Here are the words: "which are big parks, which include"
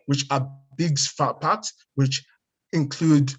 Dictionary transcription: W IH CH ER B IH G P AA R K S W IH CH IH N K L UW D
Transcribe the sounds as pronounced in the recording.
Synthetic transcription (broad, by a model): W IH CH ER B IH G F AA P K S W IH CH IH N K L UW D